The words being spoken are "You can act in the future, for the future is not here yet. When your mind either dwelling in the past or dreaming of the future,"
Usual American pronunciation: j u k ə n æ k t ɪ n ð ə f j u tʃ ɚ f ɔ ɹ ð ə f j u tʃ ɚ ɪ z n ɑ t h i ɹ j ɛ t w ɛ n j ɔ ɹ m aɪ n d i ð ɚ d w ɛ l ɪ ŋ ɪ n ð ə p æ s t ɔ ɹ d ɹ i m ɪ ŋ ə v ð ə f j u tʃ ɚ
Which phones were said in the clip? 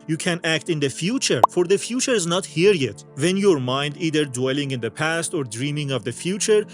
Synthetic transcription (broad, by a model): j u k ə n æ k t ɪ n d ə f j u tʃ ɚ f ɔ ɹ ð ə f j u tʃ ɚ ɪ z n ɑ t h i ɹ j ɛ t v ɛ n j ɔ ɹ m aɪ n d i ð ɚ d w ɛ l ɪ ŋ ɪ n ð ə p æ s t ɔ ɹ d ɹ i m ɪ ŋ ə v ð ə f j u tʃ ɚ